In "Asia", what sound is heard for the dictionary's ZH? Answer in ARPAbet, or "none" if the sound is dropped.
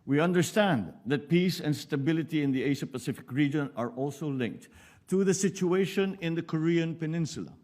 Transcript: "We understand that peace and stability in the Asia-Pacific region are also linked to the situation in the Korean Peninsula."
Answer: SH